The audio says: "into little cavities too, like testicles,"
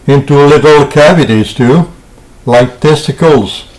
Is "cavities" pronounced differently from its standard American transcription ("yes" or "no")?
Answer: no